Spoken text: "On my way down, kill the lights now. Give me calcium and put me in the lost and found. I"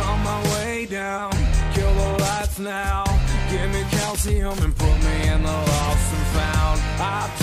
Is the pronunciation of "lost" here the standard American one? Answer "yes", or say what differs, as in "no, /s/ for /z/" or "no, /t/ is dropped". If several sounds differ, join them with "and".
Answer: no, /t/ is dropped